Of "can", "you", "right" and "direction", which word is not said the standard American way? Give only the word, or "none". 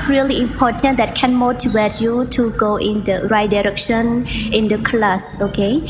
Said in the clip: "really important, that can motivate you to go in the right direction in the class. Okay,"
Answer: none